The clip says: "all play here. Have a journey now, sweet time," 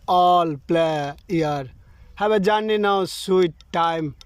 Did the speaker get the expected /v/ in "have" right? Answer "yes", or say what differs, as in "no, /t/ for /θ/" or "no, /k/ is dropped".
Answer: no, /b/ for /v/